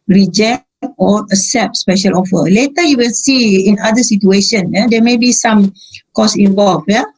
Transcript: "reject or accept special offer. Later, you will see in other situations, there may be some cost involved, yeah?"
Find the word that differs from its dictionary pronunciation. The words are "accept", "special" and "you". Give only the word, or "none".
accept